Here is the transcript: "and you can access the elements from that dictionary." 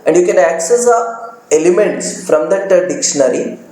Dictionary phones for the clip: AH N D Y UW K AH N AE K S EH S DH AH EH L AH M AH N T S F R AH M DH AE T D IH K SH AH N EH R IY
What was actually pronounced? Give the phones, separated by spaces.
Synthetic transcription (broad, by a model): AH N D Y UW K AH N AE K S EH S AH EH L AH M AH N T S F R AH M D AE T D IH K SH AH N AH R IY